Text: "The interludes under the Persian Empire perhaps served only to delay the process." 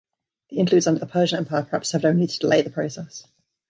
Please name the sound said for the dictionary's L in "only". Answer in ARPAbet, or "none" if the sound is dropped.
none